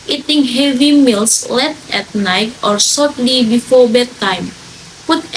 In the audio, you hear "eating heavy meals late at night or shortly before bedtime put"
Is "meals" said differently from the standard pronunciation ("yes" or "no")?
yes